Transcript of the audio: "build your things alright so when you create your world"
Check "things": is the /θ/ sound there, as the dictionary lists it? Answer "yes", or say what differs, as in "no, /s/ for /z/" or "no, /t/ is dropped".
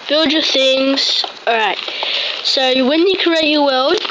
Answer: yes